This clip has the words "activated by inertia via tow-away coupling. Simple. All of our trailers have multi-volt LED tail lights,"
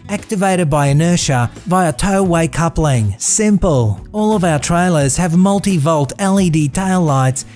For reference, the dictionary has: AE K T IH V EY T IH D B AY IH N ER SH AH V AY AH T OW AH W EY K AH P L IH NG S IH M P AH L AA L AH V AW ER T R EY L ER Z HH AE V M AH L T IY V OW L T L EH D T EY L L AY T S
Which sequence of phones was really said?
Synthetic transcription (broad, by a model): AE K T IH V EY T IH D B AY IH N ER SH AH V AY AH T OW AH W EY K AH P L IH NG S IH M P AH L AA L AH V AW ER T R EY L ER Z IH V M AH L T IY V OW L T L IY D T EY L L AY T S